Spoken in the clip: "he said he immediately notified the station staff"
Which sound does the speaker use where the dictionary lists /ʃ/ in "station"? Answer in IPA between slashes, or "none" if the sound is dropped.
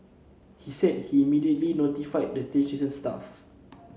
/s/